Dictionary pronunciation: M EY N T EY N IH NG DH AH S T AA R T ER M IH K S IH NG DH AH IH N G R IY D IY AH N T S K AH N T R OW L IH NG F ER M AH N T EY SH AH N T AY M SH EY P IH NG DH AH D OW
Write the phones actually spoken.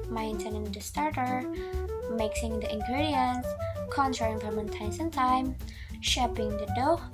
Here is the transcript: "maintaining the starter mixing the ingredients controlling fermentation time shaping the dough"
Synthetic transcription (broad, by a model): M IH N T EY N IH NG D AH S T AA R T ER M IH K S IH NG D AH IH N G R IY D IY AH N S K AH N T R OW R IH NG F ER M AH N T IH S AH N T AY M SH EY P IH NG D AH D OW